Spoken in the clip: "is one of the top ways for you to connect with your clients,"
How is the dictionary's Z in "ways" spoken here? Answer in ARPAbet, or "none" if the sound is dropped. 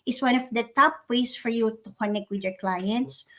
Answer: S